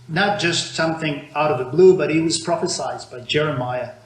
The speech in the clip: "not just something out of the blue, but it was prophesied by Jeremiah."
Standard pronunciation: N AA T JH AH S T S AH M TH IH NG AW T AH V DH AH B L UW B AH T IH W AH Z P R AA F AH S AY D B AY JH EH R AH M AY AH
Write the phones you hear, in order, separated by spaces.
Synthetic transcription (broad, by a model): N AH T JH AH S T S AH M TH IH NG AW T AH V DH AH B L UW B AH T IH W AH Z P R AA F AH S AY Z B AY JH EH R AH M AY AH